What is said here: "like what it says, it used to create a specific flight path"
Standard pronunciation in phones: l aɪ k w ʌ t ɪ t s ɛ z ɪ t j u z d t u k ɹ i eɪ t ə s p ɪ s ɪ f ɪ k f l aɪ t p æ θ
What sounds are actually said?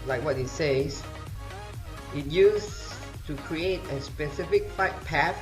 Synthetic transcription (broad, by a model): l aɪ k w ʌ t ɪ t s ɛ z ɪ t j u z t u k ɹ i eɪ t ə s p ɪ s ɪ f ɪ k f aɪ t p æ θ